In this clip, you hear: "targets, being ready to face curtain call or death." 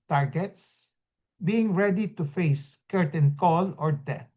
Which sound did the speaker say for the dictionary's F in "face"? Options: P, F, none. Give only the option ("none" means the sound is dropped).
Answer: F